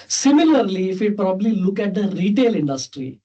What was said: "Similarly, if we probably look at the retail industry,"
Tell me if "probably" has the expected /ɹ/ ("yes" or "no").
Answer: yes